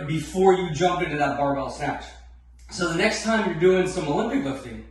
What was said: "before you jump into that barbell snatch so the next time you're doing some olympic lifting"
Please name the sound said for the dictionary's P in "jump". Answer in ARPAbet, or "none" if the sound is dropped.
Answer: P